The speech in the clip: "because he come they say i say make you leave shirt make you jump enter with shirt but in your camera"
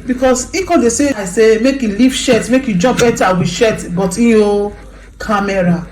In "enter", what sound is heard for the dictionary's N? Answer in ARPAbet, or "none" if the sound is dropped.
none